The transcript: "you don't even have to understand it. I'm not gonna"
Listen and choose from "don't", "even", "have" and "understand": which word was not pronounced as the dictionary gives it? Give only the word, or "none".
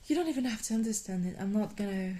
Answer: have